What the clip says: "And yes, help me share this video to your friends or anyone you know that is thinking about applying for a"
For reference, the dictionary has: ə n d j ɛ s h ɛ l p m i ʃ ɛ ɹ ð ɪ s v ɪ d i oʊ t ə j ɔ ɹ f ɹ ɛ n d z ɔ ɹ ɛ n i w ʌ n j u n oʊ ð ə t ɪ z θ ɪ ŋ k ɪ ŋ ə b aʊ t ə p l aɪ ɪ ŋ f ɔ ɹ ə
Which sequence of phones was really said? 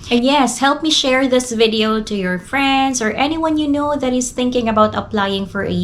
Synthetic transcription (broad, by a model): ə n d j ɛ s h ɛ l p m i ʃ ɛ ɹ ð ɪ s v ɪ d i oʊ t ə j ɔ ɹ f ɹ ɛ n d s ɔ ɹ ɛ n i w ʌ n j u n oʊ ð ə t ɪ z θ ɪ ŋ k ɪ ŋ ə b aʊ t ə p l aɪ ɪ ŋ f ɔ ɹ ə